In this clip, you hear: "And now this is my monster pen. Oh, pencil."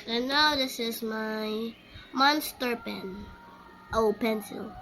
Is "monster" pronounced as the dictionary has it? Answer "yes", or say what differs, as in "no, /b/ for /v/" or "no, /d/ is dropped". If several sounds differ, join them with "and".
yes